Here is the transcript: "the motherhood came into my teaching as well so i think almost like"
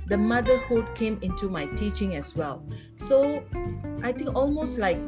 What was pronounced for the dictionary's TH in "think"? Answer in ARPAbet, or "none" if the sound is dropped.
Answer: T